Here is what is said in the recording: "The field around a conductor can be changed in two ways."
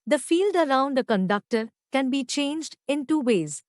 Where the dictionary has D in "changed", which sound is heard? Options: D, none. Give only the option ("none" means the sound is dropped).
D